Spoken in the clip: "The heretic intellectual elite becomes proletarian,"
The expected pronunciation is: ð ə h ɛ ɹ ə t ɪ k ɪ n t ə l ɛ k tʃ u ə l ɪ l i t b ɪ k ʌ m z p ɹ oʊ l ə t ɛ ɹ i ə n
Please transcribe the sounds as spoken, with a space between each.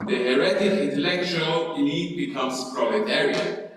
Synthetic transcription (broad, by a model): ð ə h ɛ ɹ ə t ɪ k ɪ n t ə l ɛ k tʃ u ə l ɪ n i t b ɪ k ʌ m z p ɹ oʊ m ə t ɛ ɹ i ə